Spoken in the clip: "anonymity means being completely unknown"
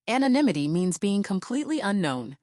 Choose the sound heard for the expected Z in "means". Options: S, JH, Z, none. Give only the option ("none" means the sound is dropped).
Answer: Z